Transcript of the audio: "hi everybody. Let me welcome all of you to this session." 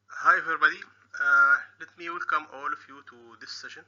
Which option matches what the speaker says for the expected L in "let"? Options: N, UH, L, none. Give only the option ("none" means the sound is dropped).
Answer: L